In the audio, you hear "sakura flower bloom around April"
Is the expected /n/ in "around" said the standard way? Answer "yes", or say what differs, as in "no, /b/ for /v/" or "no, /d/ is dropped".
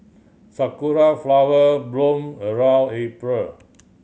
no, /l/ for /n/